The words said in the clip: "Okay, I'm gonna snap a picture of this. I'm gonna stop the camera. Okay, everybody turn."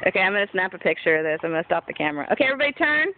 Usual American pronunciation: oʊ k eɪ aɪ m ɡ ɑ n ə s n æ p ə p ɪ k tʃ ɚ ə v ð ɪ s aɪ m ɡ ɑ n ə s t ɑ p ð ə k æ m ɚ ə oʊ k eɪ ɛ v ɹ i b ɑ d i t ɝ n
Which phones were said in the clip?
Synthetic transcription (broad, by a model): oʊ k eɪ aɪ m ɡ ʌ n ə s n æ p ə p ɪ k tʃ ɚ ə v ð ɪ s aɪ m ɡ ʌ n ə s t ɑ p ð ə k æ m ɚ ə oʊ k eɪ ɛ v ɹ i b ɑ d i t ɝ n